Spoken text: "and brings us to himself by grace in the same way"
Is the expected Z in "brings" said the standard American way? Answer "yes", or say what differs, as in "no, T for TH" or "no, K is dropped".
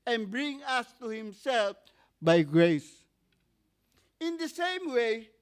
no, Z is dropped